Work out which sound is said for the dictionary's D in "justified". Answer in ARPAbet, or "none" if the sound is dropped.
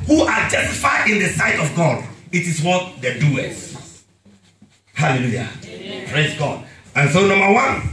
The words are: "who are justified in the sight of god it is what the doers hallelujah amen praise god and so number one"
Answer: none